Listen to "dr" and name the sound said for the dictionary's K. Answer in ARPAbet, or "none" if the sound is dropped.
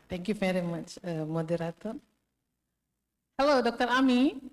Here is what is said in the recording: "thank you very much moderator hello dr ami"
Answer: K